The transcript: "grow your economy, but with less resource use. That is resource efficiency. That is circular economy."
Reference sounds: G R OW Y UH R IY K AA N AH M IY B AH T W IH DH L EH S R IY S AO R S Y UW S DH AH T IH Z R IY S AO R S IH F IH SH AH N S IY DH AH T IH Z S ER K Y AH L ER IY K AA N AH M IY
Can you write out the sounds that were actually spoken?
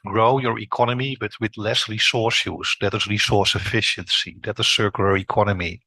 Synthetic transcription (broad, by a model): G R OW Y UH R IY K AA N AH M IY B AH T W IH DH L EH S R IY S AO R S Y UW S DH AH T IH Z R IY S AO R S IH F IH SH AH N S IY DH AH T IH S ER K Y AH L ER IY K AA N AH M IY